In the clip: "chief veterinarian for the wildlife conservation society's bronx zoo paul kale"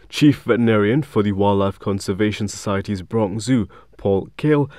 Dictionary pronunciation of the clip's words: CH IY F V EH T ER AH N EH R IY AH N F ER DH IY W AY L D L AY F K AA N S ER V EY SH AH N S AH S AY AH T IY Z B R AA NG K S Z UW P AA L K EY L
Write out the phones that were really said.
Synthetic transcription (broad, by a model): CH IY F V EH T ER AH N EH R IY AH N F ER DH IY W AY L L AY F K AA N S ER V EY SH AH N S AH S AY AH T IY Z B R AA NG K Z UW P AA L K EY L